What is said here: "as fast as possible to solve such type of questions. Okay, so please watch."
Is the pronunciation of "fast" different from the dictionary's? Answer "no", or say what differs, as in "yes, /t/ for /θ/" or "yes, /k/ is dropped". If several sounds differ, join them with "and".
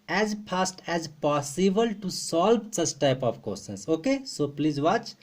yes, /p/ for /f/